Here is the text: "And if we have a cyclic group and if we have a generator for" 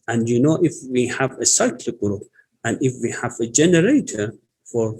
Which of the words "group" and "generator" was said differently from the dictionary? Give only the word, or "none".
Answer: none